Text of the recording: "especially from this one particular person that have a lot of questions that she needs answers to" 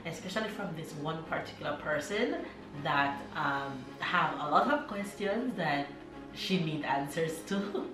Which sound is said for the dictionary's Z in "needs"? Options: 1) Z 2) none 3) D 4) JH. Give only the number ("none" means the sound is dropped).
2